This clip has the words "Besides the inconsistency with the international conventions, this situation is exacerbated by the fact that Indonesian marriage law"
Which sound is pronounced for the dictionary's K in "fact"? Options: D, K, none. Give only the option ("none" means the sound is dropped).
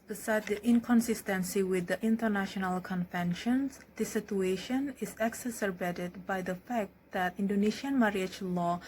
K